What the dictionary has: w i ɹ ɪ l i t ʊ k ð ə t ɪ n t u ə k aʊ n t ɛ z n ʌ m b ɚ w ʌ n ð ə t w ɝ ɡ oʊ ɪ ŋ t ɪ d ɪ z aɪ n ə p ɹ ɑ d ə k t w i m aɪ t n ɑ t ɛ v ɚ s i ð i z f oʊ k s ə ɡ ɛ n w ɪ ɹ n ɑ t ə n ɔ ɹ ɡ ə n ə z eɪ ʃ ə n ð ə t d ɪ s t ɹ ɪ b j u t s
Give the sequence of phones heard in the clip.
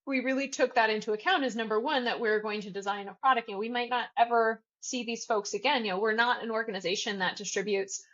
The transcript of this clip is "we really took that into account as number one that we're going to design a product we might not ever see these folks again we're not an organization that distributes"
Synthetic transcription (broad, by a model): w i ɹ ɪ l i t ʊ k ð ə t ɪ n t u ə k aʊ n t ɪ z n ʌ m b ɚ w ʌ n ð ə t w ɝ ɡ oʊ ɪ ŋ t ɪ d ɪ z aɪ n ə p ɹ ɑ d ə k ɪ w i m aɪ t n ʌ t ɛ v ɚ s i ð i z f oʊ k s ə ɡ ɛ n w ɪ ɹ n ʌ t ə n ɔ ɹ ɡ ə n ə z eɪ ʃ ə n ð ə t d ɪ s t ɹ ɪ b j u t s